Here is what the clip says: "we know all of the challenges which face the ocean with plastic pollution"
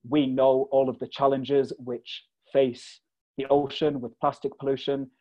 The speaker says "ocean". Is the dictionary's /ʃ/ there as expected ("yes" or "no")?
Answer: yes